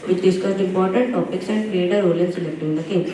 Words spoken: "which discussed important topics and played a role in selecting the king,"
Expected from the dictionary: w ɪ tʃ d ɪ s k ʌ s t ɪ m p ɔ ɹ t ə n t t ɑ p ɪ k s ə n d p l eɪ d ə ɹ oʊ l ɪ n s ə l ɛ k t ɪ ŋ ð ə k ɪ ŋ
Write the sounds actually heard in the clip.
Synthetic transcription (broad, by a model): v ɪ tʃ d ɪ s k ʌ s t ɪ m p ɔ ɹ t ə n t t ɑ p ɪ k s ə n d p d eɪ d ə ɹ oʊ l ɪ n s ə l ɛ k t ɪ ŋ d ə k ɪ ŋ